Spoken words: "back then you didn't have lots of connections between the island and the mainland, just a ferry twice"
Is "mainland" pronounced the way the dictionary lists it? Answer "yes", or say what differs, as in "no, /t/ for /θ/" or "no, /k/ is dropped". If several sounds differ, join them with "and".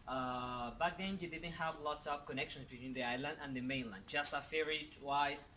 yes